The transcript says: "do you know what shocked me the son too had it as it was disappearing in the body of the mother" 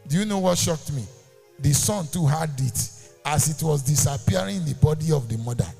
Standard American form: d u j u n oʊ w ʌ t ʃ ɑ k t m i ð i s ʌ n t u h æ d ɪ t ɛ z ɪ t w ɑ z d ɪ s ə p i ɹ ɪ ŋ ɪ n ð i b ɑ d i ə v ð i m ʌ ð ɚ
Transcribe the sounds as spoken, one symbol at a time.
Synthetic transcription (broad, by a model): d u j u n oʊ w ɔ t ʃ ɑ k t m i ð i s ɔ n t u h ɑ d ɪ t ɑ s ɪ t w ɑ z d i s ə p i ɪ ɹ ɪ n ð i b ɑ d i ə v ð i m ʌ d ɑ